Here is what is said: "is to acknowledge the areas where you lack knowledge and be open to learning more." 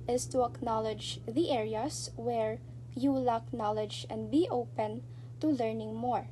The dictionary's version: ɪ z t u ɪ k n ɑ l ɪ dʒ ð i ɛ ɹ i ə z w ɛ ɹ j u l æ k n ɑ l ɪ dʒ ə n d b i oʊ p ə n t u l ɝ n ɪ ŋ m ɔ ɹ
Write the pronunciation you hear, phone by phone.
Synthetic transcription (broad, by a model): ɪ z t u ɪ k n ɑ l ɪ dʒ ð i ɛ ɹ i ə s w ɛ ɹ j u l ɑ k n ɑ l ɪ dʒ ə n d b i oʊ p ə n t u l ɝ n ɪ ŋ m ɔ ɹ